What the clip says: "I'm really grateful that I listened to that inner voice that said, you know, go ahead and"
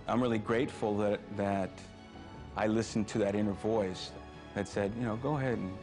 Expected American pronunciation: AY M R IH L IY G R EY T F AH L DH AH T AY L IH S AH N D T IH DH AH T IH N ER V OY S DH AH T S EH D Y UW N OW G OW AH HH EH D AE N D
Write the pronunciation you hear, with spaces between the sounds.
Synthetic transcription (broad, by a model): AY M R IH L IY G R EY T F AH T DH AH T AY L IH S N T IH DH AH T IH N ER V OY S DH AH T S EH D Y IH N OW G OW AH HH EH D N